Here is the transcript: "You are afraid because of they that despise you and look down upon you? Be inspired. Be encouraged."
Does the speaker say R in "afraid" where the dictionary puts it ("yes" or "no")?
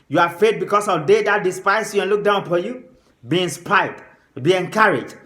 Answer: no